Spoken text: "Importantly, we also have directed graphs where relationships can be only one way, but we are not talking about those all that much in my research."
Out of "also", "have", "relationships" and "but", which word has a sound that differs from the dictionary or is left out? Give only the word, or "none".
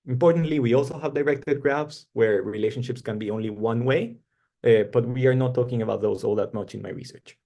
none